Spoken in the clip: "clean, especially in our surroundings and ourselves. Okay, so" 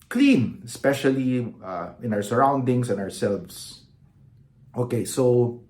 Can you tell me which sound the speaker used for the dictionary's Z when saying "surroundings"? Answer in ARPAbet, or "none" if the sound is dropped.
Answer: S